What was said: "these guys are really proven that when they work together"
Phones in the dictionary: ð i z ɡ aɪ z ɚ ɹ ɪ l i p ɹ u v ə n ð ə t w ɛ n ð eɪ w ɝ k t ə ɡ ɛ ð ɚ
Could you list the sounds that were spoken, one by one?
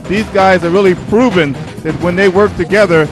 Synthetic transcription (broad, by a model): ð i z ɡ aɪ z ɚ ɹ ɪ l i p ɹ u v ə n ð ə t w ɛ n ð eɪ w ɝ k t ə ɡ ɛ ð ɚ